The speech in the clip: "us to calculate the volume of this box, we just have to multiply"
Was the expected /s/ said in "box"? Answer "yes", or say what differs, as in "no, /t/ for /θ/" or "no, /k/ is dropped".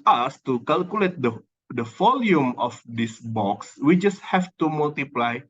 yes